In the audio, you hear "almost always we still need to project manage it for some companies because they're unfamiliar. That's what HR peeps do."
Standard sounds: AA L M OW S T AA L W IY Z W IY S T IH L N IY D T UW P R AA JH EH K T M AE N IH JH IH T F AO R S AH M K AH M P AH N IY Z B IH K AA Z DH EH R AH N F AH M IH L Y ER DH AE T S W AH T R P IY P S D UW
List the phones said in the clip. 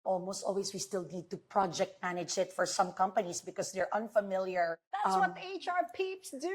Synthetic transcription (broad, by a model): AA L M OW S T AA L W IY S W IY S T IH L N IY D T UW P R AA JH EH K T M AE N IH JH IH T F AO R S AH M K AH M P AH N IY S B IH K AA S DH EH R AH N F AH M IH L Y ER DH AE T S W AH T R P IY P S D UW